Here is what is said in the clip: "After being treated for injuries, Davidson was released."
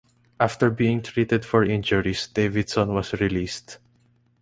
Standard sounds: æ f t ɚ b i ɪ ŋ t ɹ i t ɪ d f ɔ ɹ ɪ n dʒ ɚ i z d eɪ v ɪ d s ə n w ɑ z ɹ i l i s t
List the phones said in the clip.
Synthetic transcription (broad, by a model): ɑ f t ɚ b i ɪ ŋ t ɹ i t ɪ d f ɔ ɹ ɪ n dʒ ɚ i s d eɪ v ɪ d s ə n w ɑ s ɹ i l i s t